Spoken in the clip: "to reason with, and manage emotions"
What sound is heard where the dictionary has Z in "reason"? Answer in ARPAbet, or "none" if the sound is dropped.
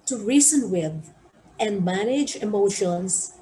S